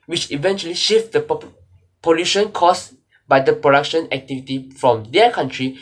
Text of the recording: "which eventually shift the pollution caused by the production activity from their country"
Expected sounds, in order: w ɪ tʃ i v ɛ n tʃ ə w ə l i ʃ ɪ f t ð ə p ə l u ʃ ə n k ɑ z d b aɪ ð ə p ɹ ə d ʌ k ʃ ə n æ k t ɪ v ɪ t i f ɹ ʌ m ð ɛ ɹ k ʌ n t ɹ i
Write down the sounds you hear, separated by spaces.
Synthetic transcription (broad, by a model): w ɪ tʃ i v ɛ n tʃ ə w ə l i ʃ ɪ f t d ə p ə l u ʃ ə n k ɑ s b aɪ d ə p ɹ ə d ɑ k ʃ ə n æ k t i v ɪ t i f ɹ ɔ m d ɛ k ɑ n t ɹ i